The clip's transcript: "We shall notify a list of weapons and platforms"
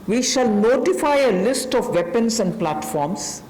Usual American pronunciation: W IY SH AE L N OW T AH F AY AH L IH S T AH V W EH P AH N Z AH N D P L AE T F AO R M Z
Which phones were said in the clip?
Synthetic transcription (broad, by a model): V IY SH AE L N OW T AH F AY AH L IH S T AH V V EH P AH N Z AH N D P L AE T F AO R M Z